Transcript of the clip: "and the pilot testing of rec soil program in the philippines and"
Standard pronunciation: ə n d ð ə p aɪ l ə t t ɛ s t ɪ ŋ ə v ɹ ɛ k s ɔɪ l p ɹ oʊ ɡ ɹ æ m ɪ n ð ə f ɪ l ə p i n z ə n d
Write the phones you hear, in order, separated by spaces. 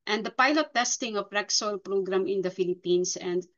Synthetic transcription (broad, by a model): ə n d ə p aɪ l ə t t ɛ s t ɪ ŋ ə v ɹ ɛ k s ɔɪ l p ɹ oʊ ɡ ɹ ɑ m ɪ n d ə f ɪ l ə p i n s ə n d